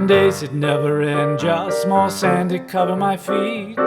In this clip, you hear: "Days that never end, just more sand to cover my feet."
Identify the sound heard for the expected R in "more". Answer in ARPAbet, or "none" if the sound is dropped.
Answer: L